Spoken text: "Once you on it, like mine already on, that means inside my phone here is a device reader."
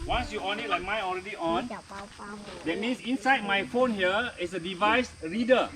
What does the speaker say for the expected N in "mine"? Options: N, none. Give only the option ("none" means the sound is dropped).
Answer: none